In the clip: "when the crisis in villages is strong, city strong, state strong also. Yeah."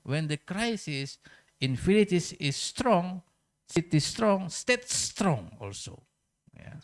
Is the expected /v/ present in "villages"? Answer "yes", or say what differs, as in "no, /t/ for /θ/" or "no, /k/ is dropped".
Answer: no, /f/ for /v/